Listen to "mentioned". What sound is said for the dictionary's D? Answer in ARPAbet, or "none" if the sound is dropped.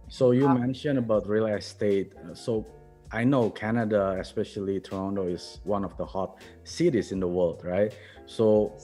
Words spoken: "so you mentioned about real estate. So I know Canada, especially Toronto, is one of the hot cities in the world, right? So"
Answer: none